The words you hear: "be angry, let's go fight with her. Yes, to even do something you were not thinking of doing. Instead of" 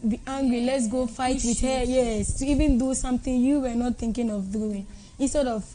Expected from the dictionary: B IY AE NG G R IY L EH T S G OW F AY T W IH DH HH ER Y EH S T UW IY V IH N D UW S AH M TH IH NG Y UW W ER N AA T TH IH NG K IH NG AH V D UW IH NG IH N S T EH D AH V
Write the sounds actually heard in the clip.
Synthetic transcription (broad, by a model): B IY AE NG G R IY L EH T S G OW F AY T W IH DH HH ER Y EH S T UW IY V IH N D UW S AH M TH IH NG Y UW W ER N AA T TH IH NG K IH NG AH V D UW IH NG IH S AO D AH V